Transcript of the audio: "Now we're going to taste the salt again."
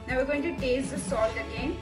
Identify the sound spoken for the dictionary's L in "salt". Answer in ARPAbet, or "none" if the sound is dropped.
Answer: none